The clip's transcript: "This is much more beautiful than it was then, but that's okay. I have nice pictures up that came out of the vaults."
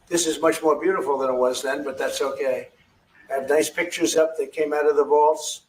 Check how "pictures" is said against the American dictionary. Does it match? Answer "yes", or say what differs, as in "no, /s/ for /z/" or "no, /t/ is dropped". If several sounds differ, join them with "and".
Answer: yes